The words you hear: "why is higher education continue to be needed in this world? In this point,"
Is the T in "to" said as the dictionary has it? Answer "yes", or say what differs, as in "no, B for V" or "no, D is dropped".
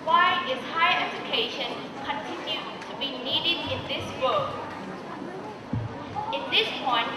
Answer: yes